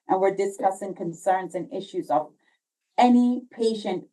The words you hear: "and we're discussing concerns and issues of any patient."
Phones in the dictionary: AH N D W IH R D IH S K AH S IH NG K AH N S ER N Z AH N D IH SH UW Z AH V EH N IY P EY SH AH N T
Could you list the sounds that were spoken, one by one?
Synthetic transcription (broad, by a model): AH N W IH R D IH S K AH S IH NG K AH N S ER N Z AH N IH SH UW Z AH V EH N IY P EY SH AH N T